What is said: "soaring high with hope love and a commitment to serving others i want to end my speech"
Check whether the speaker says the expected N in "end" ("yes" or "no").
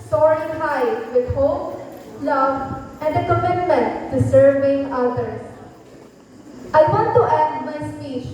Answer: no